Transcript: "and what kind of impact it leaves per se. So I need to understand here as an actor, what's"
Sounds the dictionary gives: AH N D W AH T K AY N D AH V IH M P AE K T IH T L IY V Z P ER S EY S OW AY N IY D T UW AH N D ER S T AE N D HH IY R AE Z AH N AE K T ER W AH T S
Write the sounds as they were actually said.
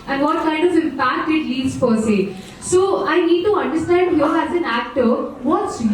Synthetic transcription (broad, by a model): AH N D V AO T K AY N D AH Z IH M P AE K T IH T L IY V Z F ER S EY S OW AY N IY D T UW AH N D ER S T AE N D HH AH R AE Z AH N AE K T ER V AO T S